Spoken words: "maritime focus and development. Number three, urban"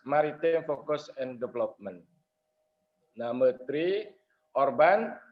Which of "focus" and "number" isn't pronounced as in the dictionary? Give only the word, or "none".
number